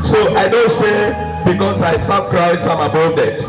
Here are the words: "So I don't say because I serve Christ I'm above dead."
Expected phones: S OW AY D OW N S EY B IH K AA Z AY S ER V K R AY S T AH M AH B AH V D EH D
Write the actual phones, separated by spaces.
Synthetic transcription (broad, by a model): S OW AY D OW N S EY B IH K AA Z AY S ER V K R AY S AH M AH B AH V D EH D